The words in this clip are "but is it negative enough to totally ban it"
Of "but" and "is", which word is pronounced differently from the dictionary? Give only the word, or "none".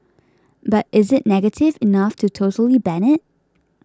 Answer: none